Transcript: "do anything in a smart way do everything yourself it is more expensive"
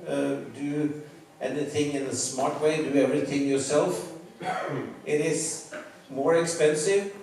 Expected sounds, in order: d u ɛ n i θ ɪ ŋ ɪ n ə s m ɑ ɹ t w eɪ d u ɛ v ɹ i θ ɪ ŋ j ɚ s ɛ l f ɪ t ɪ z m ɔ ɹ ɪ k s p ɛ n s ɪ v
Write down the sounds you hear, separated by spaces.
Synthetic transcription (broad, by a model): d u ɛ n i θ ɪ ŋ ɪ n ə s m ɑ ɹ t w eɪ d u ɛ v ɹ i θ ɪ ŋ j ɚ s ɛ l f ɪ t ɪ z m ɔ ɹ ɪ k s p ɛ n s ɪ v